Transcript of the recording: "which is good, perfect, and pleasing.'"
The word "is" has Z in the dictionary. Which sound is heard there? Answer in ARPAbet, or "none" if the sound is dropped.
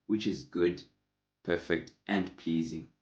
Z